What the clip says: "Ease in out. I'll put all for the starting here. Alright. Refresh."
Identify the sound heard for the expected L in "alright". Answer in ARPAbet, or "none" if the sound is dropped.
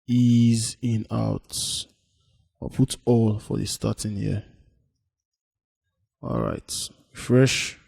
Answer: L